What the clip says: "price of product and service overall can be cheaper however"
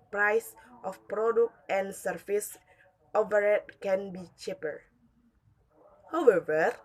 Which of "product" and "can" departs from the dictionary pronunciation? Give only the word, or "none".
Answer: none